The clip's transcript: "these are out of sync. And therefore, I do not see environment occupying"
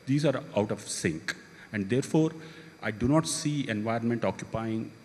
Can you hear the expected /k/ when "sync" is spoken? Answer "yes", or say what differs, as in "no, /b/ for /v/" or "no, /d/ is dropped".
yes